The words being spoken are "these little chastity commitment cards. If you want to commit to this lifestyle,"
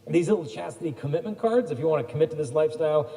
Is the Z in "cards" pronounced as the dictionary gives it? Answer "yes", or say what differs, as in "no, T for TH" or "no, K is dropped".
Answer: yes